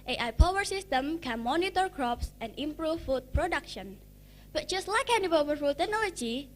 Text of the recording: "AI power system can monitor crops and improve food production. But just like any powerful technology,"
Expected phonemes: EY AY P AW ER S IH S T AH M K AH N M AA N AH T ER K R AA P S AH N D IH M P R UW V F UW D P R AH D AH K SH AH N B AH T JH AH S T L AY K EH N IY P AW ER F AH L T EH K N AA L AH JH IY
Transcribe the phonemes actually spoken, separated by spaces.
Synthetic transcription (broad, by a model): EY AY P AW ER S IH S T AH M K AH N M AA N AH T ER K R AA P S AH N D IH M P R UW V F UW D P R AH D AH K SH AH N B AH T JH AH S T L AY K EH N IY B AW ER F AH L T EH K N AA L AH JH IY